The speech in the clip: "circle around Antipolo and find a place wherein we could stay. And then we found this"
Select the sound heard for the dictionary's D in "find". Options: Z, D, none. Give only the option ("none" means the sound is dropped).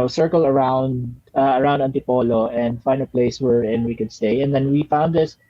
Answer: none